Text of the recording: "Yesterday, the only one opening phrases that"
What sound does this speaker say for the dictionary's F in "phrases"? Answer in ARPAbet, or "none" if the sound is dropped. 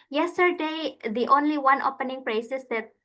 P